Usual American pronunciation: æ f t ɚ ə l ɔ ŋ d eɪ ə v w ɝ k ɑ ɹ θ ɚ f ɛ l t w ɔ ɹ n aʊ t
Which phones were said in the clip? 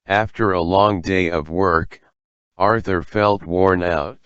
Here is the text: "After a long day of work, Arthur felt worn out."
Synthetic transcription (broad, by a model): æ f t ɚ ə l ɔ ŋ d eɪ ə v w ɝ k ɑ ɹ θ ɚ f ɛ l t w ɔ ɹ n aʊ t